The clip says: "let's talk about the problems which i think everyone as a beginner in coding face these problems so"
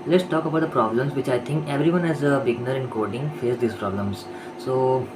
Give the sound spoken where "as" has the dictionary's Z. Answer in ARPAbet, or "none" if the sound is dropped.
Z